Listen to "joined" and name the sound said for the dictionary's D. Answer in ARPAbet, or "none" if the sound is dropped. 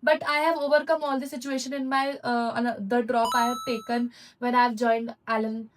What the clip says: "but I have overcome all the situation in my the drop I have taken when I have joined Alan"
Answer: D